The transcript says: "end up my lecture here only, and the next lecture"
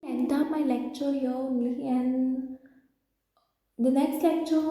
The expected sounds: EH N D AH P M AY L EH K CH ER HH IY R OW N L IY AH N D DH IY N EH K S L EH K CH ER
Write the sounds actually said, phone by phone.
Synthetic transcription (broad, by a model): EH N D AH M AY L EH K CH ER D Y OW L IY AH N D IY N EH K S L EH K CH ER